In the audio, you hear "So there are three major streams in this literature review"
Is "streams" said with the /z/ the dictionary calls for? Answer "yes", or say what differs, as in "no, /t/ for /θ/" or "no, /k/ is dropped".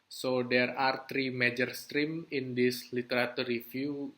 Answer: no, /z/ is dropped